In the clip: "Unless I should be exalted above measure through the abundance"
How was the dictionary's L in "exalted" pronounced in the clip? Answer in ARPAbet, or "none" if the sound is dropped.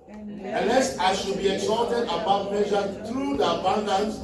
none